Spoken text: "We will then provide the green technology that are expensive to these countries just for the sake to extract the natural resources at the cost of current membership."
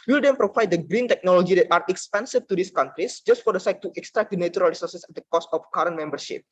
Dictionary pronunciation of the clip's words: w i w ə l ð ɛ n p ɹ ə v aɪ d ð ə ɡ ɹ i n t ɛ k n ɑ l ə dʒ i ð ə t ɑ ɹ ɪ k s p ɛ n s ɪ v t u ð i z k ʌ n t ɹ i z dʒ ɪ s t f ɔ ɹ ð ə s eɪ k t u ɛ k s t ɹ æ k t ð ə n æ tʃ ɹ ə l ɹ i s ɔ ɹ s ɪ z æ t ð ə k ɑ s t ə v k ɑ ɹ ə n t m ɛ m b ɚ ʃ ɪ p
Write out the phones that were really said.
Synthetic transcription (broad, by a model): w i l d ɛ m p ɹ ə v aɪ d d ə ɡ ɹ i n t ɛ k n ɑ l ə dʒ i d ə t ɑ ɹ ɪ k s p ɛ n s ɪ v t u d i s k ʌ n t ɹ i s dʒ ɪ s t f ɔ ɹ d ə s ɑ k t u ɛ k s t ɹ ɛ k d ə n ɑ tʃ ɹ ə l ɹ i s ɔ ɹ s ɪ s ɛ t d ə k ɑ s t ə f k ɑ ɹ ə n m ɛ m b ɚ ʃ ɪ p